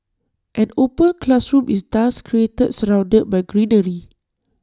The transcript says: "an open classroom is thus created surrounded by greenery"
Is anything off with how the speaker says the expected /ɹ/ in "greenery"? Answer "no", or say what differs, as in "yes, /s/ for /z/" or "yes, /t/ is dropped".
no